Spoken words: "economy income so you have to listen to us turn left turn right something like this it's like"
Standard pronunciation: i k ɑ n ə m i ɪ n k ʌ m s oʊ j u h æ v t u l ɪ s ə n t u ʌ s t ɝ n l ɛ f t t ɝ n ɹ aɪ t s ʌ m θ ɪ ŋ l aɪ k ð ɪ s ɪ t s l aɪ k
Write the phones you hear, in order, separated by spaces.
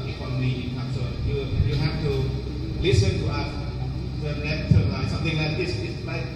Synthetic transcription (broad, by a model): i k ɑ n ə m i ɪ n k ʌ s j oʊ j u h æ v t u l ɪ s ə n t u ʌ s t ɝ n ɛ t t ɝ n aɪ s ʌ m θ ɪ ŋ l aɪ k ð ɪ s ɪ t s l aɪ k